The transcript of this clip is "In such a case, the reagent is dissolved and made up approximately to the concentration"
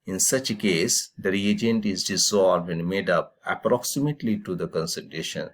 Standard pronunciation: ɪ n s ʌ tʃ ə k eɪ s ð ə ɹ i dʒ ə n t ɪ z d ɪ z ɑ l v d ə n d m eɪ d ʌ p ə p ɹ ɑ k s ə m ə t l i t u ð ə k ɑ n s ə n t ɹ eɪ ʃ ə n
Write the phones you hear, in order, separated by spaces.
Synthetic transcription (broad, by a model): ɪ n s ʌ tʃ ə k eɪ s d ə ɹ i dʒ ə n t ɪ z d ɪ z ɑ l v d ə n d m eɪ d ʌ p ə p ɹ ɑ k s ə m ə t l i t u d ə k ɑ n s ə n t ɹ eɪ ʃ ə n